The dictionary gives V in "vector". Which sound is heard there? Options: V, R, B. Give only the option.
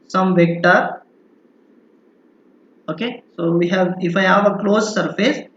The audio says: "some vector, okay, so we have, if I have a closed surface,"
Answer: V